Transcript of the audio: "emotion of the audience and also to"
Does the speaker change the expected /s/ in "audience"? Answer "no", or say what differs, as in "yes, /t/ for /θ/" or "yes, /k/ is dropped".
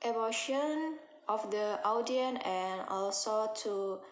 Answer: yes, /s/ is dropped